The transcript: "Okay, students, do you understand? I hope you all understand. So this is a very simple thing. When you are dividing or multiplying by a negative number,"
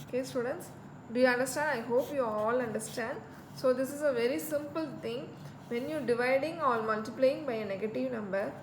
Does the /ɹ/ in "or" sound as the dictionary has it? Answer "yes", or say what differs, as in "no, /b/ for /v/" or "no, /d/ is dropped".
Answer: no, /l/ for /ɹ/